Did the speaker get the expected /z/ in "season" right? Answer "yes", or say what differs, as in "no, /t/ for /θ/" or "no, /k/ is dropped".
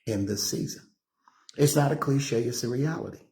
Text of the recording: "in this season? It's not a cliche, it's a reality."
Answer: yes